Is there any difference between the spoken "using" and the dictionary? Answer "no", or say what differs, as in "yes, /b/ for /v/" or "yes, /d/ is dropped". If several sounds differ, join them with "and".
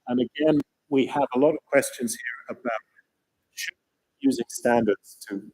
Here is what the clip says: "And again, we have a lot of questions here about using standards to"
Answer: no